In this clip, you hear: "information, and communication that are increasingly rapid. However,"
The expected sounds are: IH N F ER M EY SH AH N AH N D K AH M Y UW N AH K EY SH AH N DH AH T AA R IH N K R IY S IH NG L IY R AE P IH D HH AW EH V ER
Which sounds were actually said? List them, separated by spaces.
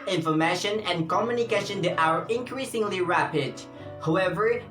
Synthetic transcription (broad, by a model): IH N F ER M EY SH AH N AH N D K AH M Y UW N AH K EY SH AH N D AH T AA R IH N K R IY S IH NG L IY R AE P IH D HH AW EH V ER